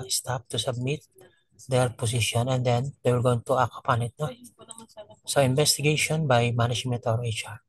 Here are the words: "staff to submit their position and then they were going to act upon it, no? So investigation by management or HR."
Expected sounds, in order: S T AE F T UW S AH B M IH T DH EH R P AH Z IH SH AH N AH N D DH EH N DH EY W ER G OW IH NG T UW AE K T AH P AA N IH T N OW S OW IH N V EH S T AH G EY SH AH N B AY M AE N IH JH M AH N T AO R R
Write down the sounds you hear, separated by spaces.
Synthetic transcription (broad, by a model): S T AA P T UW S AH B M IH T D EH R P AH S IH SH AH N AH N D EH N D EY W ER G OW IH NG T UW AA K AH P AA N IH T N OW S OW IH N B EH S T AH G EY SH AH N B AY M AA N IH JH M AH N T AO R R